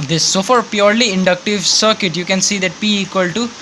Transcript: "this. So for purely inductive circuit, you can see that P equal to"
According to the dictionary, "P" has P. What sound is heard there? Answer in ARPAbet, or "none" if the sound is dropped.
B